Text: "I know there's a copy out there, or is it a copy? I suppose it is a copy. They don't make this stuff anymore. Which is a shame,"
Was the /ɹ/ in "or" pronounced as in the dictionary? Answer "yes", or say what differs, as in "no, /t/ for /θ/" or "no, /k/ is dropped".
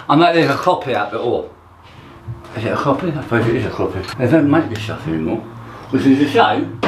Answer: no, /l/ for /ɹ/